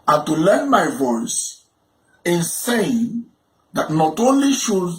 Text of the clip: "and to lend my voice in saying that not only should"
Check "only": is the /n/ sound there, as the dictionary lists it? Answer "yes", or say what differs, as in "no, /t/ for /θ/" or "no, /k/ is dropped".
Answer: yes